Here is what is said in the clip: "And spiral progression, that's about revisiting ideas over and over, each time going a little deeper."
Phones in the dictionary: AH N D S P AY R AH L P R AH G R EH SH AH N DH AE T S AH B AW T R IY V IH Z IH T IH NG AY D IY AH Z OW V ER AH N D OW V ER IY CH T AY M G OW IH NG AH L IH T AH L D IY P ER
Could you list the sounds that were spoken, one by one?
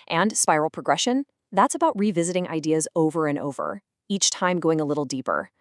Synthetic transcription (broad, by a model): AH N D S P AY R L P R AH G R EH SH AH N DH AE T S AH B AW T R IY V IH Z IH T IH NG AY D IY AH Z OW V ER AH N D OW V ER IY CH T AY M G OW IH NG AH L IH T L D IY P ER